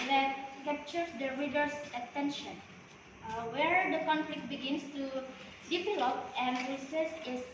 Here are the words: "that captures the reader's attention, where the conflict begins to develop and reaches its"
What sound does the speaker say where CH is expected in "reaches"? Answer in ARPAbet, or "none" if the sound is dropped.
S